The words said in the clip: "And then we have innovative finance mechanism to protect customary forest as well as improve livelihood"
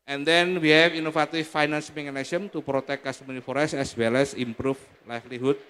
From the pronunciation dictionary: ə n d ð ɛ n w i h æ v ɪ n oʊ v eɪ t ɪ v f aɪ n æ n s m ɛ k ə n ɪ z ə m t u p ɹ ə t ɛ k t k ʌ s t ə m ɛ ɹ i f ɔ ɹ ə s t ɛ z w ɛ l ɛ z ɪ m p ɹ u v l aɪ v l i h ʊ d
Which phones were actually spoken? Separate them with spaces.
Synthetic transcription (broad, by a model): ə n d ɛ n w i h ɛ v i n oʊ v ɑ t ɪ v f aɪ n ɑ n s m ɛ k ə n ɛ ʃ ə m t u p ɹ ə t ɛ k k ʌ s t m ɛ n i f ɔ ɹ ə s ɛ s w ɛ l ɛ s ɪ m p ɹ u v l aɪ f l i h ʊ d